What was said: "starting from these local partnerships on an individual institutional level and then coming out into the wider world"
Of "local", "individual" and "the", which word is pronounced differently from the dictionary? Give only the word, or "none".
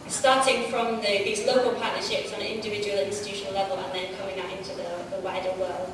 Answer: none